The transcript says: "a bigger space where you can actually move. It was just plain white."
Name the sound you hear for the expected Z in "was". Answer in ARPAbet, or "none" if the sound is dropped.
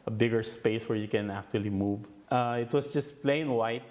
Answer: S